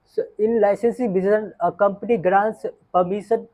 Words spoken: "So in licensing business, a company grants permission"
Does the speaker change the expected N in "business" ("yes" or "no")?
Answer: yes